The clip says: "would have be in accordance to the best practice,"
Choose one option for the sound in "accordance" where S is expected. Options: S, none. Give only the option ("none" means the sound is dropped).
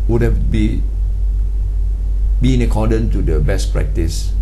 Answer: none